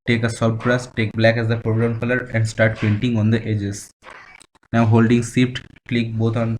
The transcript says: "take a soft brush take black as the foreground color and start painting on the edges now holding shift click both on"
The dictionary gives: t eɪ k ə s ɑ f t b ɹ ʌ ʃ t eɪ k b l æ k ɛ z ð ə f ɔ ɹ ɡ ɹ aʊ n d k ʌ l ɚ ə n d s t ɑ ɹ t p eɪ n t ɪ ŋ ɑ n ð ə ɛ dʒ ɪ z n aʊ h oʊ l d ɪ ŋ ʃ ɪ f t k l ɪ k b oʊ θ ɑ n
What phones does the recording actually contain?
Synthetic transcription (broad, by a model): t eɪ k ə s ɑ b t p ɹ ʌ s t eɪ k b l æ k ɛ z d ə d ɔ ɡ ɹ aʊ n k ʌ l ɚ ə n d s t ɑ ɹ t p eɪ n t ɪ ŋ ɑ n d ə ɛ dʒ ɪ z n aʊ h oʊ l d ɪ ŋ s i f t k l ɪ k b oʊ t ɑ n